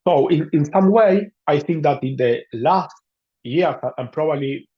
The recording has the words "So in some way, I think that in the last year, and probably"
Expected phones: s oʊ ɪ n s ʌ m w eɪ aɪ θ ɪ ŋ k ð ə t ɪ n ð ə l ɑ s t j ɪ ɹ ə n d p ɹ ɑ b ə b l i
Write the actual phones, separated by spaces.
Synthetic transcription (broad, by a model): s oʊ ɪ n s ʌ m w eɪ aɪ θ ɪ ŋ k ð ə t ɪ n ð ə l ɑ s t j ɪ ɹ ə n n p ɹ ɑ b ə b l i